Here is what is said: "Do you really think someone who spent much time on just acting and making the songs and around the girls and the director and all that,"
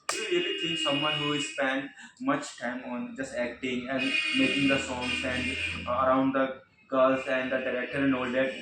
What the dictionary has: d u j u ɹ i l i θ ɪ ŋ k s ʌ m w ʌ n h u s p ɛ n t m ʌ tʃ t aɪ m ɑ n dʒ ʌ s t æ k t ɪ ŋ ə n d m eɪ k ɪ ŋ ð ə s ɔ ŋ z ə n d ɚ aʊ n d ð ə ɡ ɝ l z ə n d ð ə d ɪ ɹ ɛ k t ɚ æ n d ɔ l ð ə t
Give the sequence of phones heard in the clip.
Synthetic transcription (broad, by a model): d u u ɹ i l i t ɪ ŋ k s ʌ m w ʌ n h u s p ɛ n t m ʌ tʃ t aɪ m ɑ n dʒ ʌ s t æ k t ɪ ŋ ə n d m eɪ k ɪ ŋ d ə s ɔ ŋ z ə n d ɚ aʊ n d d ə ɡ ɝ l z ə n d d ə d ɪ ɹ ɛ k t ɚ n ɔ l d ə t